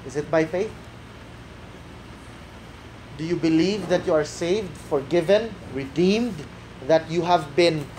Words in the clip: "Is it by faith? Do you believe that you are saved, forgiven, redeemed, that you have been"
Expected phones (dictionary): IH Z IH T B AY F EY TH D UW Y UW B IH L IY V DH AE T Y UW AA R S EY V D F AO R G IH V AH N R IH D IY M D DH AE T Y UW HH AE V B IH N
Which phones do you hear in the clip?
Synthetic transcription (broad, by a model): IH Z IH T B AY F EY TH D UW Y UW B IH L IY V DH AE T Y UW AA R S EY V D F AO R G IH V AH N R IH D IY M D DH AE T Y UW HH AE V B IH N